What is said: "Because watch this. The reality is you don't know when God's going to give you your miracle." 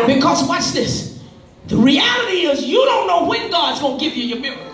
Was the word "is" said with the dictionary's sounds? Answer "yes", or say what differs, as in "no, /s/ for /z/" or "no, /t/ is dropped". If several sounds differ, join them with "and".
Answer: yes